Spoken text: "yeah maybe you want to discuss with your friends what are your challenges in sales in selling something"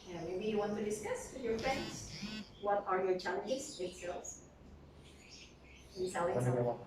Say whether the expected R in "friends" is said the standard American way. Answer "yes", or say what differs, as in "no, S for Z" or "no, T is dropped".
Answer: yes